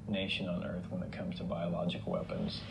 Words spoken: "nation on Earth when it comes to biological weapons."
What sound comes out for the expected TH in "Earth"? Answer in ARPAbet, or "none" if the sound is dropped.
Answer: TH